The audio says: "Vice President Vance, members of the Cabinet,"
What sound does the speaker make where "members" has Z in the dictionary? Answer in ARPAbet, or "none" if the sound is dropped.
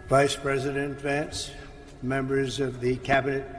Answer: Z